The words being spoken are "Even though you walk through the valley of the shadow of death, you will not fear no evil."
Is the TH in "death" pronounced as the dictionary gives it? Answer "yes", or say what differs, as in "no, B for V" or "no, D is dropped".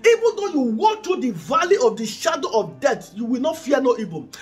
no, T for TH